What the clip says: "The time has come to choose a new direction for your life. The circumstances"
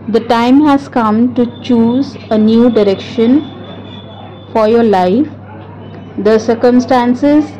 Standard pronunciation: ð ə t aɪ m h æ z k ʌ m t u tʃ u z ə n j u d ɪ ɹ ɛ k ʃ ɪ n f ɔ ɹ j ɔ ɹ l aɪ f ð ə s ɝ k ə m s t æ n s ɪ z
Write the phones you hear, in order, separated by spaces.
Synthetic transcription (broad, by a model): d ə t aɪ m h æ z k ʌ m t u tʃ u z ə n j u d ɪ ɹ ɛ k ʃ ɪ n f ɔ ɹ j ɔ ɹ l aɪ f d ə s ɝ k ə m s t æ n s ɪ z